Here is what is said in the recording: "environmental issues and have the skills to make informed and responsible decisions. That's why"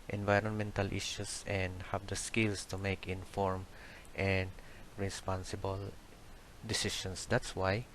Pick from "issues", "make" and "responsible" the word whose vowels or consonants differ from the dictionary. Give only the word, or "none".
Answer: issues